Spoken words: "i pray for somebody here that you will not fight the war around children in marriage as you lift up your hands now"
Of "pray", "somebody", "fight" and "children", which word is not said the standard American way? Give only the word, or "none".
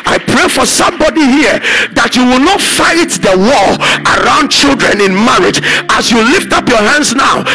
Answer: none